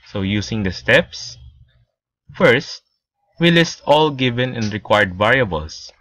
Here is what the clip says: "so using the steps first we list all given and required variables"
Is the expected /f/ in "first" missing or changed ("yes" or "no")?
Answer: no